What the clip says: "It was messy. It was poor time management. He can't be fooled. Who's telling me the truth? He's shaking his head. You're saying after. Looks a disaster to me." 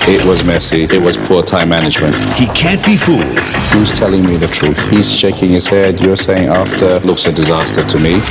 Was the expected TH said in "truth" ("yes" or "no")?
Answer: yes